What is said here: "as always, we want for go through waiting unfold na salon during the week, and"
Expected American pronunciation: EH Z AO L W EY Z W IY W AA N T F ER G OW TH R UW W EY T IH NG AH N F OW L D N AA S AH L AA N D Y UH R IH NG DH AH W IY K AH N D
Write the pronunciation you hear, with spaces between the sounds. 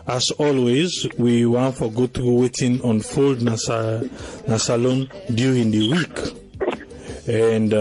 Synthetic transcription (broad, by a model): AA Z AO L W EY Z W IY W AA N T F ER G OW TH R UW W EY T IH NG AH N F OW L D N AA S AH L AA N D Y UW R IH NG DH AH W IY K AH N D